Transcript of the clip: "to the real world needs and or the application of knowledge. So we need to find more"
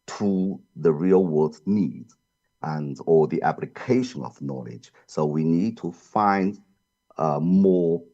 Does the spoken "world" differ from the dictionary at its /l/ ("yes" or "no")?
yes